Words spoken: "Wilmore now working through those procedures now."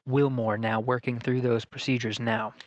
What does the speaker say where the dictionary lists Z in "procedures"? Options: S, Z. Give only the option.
Z